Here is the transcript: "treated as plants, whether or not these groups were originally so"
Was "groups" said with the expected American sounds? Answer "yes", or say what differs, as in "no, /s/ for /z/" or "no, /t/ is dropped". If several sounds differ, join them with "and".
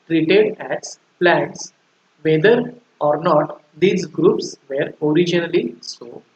yes